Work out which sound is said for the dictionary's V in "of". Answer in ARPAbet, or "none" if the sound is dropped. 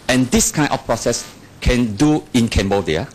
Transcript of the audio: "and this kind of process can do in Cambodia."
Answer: F